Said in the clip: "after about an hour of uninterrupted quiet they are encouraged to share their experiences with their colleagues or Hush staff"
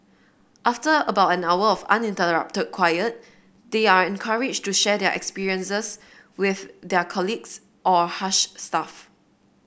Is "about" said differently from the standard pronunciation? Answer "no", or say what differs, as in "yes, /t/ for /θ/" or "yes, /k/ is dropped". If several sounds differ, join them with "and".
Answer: no